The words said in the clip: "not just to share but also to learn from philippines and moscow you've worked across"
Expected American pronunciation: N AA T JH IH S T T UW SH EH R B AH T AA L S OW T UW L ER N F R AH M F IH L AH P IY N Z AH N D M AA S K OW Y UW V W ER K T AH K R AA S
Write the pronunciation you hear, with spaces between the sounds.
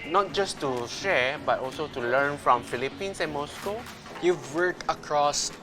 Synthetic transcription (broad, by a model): N AA T JH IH S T T UW SH EH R B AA T AA L S OW T UW L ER N F R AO M F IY L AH P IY N S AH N M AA S K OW Y UW V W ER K AH K R AA S